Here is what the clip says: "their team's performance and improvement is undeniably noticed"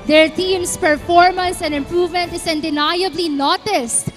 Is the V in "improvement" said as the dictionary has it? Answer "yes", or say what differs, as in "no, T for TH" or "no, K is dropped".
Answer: yes